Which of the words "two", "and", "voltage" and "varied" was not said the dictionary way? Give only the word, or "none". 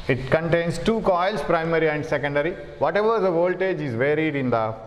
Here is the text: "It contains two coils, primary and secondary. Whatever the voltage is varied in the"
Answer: none